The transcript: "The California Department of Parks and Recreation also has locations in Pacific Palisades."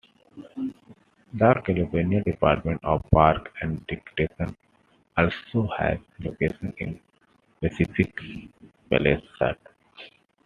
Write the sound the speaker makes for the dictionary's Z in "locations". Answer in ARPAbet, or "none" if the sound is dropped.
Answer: none